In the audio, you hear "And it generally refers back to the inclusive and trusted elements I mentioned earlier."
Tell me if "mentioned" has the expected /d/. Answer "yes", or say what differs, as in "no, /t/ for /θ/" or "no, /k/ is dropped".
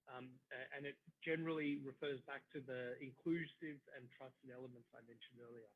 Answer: yes